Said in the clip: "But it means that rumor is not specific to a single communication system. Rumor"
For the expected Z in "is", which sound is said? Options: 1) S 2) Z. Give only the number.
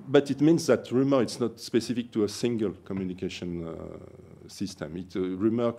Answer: 1